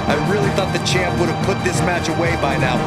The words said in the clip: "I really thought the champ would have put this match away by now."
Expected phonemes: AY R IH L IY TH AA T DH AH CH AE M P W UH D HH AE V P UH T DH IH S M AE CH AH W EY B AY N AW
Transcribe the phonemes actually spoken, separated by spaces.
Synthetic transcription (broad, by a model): AY R IH L IY TH AA T DH AH CH AE M P W UH D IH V P UH T DH IH S M AE CH AH W EY B AY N AW